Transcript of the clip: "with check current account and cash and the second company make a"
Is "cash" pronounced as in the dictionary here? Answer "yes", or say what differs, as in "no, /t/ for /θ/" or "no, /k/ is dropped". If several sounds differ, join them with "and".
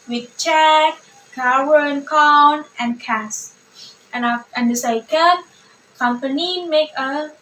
no, /ʃ/ is dropped